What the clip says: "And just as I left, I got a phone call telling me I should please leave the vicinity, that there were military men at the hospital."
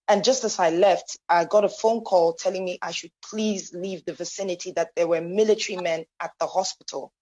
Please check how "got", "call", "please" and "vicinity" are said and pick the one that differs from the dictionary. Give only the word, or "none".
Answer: none